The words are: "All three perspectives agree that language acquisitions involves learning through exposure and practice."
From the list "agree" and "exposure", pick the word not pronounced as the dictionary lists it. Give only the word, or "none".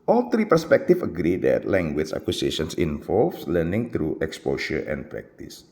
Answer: exposure